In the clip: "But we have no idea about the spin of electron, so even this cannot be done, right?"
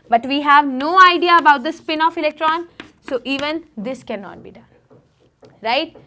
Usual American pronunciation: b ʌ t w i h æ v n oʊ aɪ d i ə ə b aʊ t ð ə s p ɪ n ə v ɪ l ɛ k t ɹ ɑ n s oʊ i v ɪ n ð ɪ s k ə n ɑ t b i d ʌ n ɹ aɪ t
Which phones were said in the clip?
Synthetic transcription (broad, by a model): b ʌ t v i h æ v n oʊ aɪ d i ə ə b aʊ t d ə s p ɪ n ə f ɪ l ɛ k t ɹ ɑ n s oʊ i v ɪ n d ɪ s k ə n ɑ t b i d ʌ n ɹ aɪ t